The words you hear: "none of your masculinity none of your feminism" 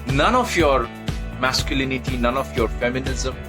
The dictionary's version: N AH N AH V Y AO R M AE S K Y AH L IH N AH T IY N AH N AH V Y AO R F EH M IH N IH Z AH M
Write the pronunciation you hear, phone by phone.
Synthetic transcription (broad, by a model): N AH N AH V Y AO R M AE S K Y AH L IH N AH T IY N AH N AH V Y AO R F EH M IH N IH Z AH M